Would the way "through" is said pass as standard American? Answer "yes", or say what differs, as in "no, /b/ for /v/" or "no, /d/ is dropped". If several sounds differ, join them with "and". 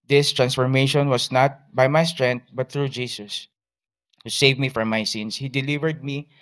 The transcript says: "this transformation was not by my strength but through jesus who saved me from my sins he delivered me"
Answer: no, /t/ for /θ/